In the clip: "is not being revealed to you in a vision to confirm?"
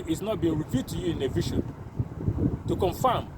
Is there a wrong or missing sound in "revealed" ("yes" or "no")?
yes